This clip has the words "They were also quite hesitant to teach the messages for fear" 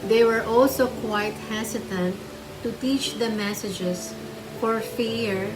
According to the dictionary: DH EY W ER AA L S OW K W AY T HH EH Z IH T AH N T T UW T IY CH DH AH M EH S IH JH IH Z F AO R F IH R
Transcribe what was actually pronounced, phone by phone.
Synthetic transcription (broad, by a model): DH EY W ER AA L S OW K W AY T HH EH S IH T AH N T T UW T IY CH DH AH M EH S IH JH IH S F AO R F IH R